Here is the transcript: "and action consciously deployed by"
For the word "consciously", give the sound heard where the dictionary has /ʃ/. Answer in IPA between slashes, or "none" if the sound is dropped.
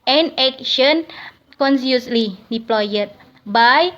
/s/